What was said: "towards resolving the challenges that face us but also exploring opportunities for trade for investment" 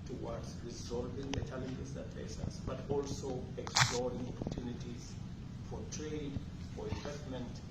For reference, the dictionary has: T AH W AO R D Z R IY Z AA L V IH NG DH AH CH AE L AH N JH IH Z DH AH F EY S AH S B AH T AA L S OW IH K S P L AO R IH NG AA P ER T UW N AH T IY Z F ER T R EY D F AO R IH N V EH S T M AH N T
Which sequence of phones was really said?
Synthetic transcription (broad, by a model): T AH W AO D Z R IY Z AA L V IH NG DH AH CH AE L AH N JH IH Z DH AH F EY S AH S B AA T AA L S OW IH K S P L AO R IH NG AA P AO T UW N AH T IY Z F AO T R EY D F AO R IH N V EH S T M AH N T